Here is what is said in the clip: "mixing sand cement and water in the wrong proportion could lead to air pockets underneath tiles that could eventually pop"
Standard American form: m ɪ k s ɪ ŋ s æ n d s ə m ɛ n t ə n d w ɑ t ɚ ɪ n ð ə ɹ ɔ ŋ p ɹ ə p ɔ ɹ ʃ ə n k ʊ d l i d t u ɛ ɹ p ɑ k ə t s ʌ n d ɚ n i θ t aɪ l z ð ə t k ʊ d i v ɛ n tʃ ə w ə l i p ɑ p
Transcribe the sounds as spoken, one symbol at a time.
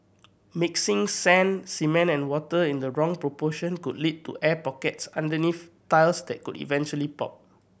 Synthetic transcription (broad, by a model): m ɪ k s ɪ ŋ s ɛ n s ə m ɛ n ə n w ɑ t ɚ ɪ n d ə ɹ ɔ ŋ p ɹ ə p ɔ ʃ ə n k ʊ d l i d t u ɛ p ɑ k ə t s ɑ n d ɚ n i f t aɪ l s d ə t k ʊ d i v ɛ n tʃ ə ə l i p ɑ p